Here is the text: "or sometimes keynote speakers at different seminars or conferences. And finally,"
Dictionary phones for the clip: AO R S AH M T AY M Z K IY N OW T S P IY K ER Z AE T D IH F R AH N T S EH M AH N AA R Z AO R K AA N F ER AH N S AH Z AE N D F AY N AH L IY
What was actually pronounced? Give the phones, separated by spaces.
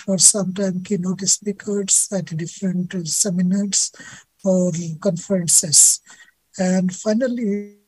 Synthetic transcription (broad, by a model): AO R S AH M T AY M K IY N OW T S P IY K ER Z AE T D IH F R AH N T S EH M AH N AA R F AO R K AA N F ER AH N S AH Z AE N D F AY N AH L IY